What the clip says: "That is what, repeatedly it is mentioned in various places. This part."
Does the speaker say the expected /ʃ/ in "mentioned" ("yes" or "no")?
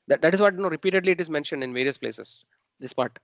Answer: yes